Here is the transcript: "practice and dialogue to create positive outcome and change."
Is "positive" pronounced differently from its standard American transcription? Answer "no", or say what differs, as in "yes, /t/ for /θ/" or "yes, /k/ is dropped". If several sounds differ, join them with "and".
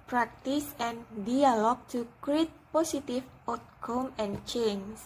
yes, /s/ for /z/ and /f/ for /v/